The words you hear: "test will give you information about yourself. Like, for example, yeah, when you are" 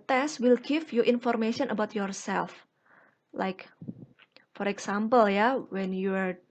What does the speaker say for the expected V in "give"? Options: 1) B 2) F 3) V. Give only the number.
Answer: 2